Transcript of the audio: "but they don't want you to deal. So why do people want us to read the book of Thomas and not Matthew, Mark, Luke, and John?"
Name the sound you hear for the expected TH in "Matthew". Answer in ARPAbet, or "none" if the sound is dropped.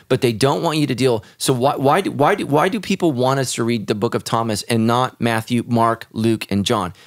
TH